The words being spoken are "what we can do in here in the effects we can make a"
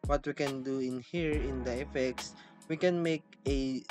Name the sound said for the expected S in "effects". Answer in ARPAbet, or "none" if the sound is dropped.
S